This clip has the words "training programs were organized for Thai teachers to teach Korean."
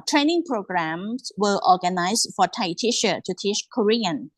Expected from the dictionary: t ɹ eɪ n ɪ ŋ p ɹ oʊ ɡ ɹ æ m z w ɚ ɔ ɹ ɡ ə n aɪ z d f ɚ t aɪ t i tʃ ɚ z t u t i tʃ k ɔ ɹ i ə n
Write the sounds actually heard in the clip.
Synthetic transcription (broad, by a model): t ɹ eɪ n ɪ ŋ p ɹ oʊ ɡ ɹ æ m s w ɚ ɔ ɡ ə n aɪ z f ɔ t aɪ t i ʃ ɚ t u t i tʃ k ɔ ɹ i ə n